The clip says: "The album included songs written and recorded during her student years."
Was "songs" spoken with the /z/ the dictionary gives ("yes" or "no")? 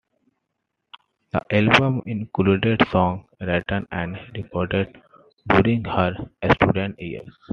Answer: no